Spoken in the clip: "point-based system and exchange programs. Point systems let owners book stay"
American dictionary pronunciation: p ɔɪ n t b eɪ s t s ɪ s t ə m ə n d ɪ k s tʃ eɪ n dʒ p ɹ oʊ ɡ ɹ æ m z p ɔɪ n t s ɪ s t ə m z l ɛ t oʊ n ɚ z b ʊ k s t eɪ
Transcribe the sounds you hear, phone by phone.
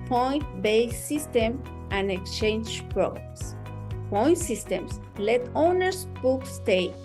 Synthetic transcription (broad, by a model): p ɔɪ n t b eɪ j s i s t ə m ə n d ɪ k s tʃ eɪ n dʒ p ɹ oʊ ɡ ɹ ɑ m s p ɔɪ n t s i s t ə m s l ɛ t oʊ n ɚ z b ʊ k s t eɪ